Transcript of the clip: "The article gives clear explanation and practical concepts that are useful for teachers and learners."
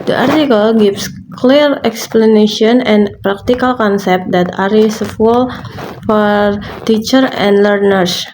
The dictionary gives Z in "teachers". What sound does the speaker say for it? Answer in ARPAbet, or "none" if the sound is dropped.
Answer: none